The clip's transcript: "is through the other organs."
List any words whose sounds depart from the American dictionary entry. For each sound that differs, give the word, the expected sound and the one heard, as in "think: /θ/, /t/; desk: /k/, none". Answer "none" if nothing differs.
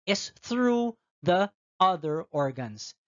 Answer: none